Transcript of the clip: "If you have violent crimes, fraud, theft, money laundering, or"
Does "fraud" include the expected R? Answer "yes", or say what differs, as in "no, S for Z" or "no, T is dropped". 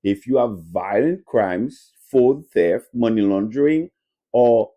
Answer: no, R is dropped